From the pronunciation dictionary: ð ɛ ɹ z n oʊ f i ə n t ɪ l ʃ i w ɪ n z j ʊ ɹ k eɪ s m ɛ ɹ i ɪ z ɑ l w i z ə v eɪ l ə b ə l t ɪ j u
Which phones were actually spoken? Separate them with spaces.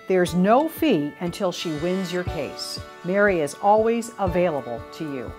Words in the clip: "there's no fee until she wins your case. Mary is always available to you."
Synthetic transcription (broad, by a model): ð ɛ ɹ z n oʊ f i ə n t ɪ l ʃ i w ɪ n z j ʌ ɹ k eɪ s m ɛ ɹ i ɪ z ɑ l w i z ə v eɪ l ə b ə l t ɪ j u